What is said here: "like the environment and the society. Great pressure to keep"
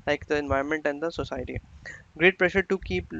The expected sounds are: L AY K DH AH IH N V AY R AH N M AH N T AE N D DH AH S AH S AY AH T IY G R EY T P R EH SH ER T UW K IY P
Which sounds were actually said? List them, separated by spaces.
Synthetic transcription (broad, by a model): L AY K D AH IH N V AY AH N M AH N T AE N D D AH S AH S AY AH T IY G R EY T P R EH SH ER T UW K IY P